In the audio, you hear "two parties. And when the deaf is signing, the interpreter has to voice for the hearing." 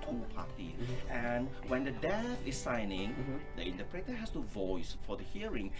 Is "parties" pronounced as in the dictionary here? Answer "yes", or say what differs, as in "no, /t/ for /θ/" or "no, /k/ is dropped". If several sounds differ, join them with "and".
no, /z/ is dropped